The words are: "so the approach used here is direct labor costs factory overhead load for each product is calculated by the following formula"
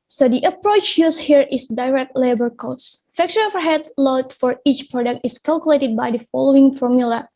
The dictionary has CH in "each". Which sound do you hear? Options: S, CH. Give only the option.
CH